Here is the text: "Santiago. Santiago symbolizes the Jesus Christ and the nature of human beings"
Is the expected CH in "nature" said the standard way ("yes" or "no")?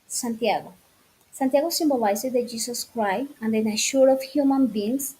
no